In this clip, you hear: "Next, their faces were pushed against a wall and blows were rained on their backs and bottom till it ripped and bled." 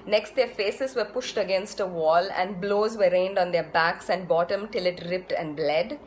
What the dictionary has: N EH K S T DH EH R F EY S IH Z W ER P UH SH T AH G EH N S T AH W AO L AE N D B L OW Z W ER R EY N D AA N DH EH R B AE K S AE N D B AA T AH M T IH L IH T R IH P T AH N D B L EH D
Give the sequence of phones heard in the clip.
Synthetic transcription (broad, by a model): N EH K S T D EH R F EY S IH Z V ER P UH SH T AH G EH N S T AH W AO L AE N D B L OW Z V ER R EY N D AA N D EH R B AE K S AE N D B AA T AH M T IH L IH T R IH P T AH N D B L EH D